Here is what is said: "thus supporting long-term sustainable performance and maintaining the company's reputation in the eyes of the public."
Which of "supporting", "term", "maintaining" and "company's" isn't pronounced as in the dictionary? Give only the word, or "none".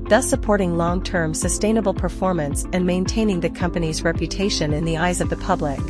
none